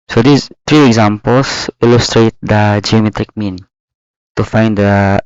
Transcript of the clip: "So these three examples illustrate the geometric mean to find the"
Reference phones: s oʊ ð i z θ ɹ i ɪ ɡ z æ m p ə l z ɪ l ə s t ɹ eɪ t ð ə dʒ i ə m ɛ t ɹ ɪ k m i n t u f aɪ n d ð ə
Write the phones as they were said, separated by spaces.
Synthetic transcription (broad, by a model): s oʊ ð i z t ɹ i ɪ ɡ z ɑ m p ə l s ɪ l ə s t ɹ eɪ t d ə dʒ i ə m ɛ t ɹ ɪ k m i n t u f aɪ n d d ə